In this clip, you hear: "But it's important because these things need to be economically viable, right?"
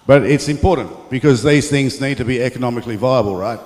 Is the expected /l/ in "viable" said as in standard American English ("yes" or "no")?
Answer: yes